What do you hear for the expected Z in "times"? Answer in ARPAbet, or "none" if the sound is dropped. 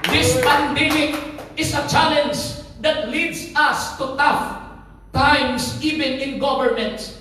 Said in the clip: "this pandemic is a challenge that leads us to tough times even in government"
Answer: S